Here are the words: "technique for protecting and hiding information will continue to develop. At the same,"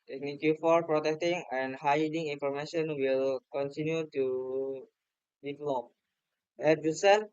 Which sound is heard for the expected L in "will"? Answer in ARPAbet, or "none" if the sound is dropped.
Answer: L